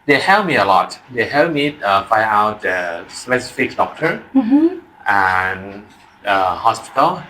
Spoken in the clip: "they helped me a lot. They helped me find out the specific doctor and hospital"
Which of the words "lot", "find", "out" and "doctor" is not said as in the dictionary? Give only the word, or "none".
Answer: find